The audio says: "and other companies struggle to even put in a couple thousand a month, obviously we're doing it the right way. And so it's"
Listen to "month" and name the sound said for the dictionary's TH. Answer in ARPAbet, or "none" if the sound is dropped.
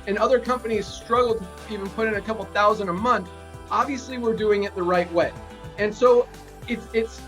TH